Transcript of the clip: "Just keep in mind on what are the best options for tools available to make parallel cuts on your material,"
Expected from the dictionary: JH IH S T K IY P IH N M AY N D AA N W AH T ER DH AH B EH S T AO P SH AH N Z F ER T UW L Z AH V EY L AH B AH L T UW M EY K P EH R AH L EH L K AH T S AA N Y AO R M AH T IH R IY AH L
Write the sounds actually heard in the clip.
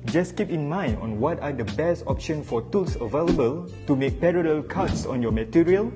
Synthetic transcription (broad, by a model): JH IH S K IY P IH N M AY N D AA N W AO T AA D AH B EH S T AO P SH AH N F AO T UW L S AH V EY L AH B AH L T UW M EY K P EH R AH L EH L K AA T S AA N Y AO M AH T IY R IY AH L